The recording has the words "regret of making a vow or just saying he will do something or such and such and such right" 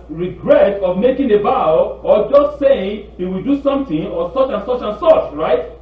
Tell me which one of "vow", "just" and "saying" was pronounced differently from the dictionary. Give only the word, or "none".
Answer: vow